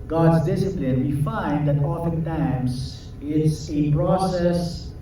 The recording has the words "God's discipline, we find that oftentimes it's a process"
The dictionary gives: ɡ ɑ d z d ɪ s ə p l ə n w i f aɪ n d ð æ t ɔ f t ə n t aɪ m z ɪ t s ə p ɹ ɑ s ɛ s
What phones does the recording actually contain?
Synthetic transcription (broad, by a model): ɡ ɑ d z d ɪ s ə p l ə n w i f aɪ n d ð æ t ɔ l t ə t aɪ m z ɪ t s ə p ɹ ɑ s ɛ s